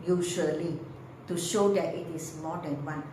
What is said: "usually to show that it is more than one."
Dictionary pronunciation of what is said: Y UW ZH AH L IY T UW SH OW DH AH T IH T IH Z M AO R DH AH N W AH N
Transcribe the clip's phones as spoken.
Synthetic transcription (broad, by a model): Y UW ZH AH L IY T UW SH OW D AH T IH T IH S M AO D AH N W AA N